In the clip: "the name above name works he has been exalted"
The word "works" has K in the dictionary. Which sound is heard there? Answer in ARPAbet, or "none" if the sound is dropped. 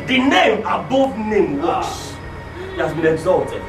none